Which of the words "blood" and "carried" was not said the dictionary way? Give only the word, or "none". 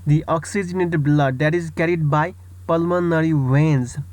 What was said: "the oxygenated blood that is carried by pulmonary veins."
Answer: none